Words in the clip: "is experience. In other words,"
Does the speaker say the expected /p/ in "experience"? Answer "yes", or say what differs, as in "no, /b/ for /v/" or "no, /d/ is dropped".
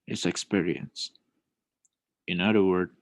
yes